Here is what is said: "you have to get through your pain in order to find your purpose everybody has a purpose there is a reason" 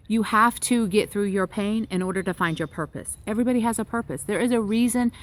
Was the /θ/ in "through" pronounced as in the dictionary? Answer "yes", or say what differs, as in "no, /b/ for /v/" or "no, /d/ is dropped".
yes